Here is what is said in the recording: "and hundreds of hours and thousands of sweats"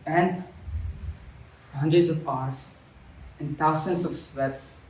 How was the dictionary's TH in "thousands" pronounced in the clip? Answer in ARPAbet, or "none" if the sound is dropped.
T